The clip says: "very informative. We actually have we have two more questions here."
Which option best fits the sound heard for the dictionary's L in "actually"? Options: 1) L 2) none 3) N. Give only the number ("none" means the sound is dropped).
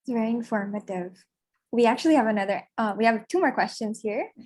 3